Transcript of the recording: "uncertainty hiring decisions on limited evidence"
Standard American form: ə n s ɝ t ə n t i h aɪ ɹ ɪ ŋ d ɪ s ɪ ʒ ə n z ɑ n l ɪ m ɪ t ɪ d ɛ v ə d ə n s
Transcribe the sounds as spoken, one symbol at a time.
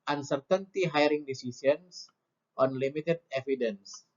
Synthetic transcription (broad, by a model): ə n s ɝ t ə n t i h aɪ ɹ ɪ ŋ d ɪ s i s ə n s ɑ n l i m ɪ t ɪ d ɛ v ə d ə n s